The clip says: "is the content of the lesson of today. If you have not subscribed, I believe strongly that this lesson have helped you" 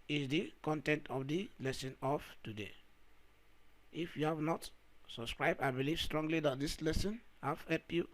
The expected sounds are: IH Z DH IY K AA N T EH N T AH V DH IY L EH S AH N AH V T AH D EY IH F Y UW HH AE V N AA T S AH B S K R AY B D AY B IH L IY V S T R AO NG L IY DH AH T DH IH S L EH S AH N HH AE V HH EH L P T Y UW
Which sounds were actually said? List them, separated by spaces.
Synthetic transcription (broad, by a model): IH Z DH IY K AA N T EH N T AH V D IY L EH S AH N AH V T AH D EY IH F Y UW HH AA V N AA T S AH B S K R AY B D AY B IH L IY V S T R AO NG L IY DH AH T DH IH S L EH S AH N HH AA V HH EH P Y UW